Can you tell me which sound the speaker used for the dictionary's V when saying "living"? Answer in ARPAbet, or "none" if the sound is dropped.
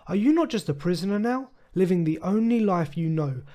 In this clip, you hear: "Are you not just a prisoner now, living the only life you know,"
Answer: V